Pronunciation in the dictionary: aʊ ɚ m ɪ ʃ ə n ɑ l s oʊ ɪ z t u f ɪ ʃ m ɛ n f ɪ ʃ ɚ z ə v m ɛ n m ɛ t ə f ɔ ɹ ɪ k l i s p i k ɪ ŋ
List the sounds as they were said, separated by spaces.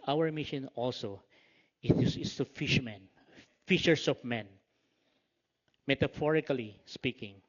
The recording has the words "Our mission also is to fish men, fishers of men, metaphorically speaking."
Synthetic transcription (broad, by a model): aʊ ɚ m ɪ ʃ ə n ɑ l s oʊ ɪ s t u f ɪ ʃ m ɛ n f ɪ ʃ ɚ s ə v m ɛ n m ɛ t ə f ɔ ɹ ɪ k l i s p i k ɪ ŋ